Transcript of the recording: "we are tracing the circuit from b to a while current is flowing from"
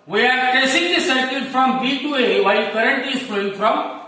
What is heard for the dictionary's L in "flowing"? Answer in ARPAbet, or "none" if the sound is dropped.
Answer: none